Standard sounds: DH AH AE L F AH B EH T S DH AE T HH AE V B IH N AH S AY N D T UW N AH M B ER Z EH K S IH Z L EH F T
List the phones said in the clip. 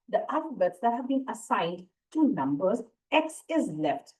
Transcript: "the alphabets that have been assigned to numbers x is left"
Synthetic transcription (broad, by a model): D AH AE F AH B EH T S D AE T HH AE V B IH N AH S AY N D T UW N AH M B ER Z EH K S IH Z L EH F T